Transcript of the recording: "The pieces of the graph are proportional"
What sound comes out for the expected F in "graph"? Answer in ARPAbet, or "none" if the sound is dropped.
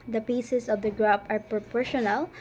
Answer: P